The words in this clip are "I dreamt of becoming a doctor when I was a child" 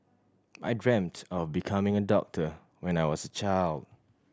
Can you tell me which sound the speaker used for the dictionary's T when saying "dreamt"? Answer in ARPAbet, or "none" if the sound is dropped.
T